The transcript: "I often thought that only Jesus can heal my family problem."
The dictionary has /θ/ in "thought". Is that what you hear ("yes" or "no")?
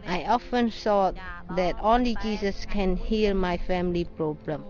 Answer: no